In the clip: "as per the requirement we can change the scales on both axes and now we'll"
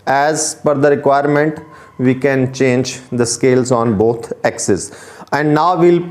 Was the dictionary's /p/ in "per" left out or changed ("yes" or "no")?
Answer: yes